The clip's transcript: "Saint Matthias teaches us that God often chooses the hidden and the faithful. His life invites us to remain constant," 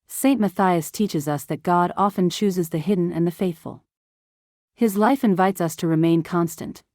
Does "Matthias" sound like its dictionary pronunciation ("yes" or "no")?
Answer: yes